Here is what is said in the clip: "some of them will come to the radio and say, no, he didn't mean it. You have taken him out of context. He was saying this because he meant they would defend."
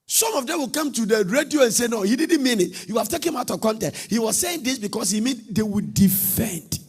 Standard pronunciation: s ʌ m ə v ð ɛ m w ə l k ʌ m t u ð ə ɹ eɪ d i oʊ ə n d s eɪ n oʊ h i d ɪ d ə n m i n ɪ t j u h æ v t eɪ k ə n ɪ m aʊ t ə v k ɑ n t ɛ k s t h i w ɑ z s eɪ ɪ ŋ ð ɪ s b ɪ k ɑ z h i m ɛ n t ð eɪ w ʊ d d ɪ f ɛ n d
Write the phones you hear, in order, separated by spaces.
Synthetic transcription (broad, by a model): s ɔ m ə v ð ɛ m w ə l k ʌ m t u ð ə ɹ eɪ d i oʊ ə n s eɪ n oʊ h i d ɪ d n m i n ɪ t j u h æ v t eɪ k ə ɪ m aʊ t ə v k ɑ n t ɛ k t h i w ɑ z s eɪ ɪ ŋ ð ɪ s b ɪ k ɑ s h i m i n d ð eɪ w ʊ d d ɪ f ɛ n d